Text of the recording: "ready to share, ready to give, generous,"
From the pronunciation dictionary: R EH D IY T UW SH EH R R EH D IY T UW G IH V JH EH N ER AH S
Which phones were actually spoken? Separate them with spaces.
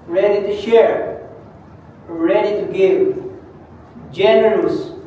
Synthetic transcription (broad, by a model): R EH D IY T UW SH EH R R EH D IY T UW G IH V JH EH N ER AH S